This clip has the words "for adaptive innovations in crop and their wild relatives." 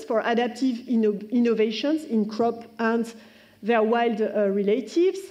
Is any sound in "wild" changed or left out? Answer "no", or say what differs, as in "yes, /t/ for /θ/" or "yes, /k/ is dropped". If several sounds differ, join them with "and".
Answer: no